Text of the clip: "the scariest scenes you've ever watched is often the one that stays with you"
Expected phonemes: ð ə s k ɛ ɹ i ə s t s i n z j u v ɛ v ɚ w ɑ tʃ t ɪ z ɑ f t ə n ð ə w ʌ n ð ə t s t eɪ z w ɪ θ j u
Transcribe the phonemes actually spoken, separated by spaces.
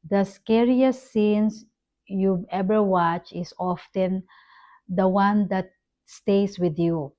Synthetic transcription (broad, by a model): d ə s k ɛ ɹ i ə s s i n s j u ɛ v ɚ w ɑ tʃ ɪ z ɑ f t ə n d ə w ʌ n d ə t s t eɪ s w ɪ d j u